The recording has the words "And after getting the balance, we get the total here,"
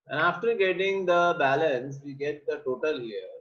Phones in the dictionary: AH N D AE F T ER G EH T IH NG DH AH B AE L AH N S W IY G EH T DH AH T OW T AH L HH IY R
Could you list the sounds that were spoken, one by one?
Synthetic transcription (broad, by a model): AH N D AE F T ER G EH T IH NG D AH B AE L AH N S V IY G EH T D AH T OW T AH L HH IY R